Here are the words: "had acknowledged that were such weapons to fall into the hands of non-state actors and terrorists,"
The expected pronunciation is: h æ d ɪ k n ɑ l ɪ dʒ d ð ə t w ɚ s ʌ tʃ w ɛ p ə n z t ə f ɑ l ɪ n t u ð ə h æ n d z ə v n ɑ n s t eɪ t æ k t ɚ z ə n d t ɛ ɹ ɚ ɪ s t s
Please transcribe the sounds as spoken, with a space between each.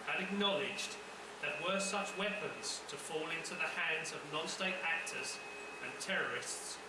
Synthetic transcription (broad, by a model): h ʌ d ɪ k n ɑ l ɪ dʒ ð ə t w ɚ s ʌ tʃ w ɛ p ə n z t ə f ɑ l ɪ n t u ð ə h æ n d z ə v n ɑ n s t eɪ t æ k t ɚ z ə n t ɛ ɹ ɚ ɪ s t s